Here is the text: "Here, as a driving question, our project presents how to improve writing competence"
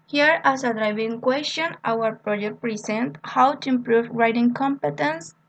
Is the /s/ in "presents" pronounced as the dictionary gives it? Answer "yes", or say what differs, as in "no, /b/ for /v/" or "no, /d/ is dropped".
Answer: no, /s/ is dropped